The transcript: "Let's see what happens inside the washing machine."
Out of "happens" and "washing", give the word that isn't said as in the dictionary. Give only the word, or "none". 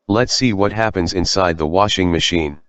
none